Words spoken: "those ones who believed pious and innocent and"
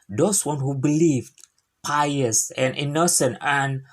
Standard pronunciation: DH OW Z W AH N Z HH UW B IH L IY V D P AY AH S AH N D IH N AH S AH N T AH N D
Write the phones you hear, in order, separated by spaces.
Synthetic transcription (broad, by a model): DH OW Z W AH N HH UW B IH L IY V D P AY AH S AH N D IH N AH S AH N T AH N